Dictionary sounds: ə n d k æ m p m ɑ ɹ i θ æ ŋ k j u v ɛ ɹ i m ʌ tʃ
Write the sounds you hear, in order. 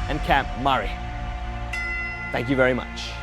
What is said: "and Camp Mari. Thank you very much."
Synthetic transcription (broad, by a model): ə n k æ m p m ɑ ɹ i θ æ ŋ k j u v ɛ ɹ i m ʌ tʃ